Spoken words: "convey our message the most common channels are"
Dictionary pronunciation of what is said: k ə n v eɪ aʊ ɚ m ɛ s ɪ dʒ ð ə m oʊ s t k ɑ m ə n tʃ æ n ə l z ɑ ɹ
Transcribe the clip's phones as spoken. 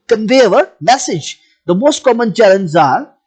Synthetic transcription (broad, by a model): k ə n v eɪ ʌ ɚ m ɛ s ɪ dʒ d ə m oʊ s t k ɑ m ə n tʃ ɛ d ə n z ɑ ɹ